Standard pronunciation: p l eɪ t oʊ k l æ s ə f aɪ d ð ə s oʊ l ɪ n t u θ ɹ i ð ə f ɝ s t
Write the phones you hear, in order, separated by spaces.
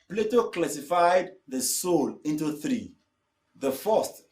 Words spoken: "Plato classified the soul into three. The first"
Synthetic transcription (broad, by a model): p l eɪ t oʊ k l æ s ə f aɪ d ð ə s oʊ l ɪ n t u θ ɹ i ð ə f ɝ s t